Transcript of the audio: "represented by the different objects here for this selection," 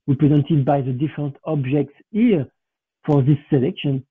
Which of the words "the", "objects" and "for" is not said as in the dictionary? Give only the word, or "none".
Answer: none